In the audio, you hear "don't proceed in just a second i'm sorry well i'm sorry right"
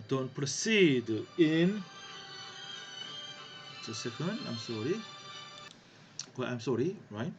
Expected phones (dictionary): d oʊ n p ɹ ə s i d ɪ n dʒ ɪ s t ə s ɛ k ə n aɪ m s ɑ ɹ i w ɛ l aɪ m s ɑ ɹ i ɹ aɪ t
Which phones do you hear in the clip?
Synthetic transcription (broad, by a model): d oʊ n p ɹ ə s i d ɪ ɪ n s ə s ɛ k ə n aɪ m s ɑ ɹ i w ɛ aɪ m s ɑ ɹ i ɹ aɪ t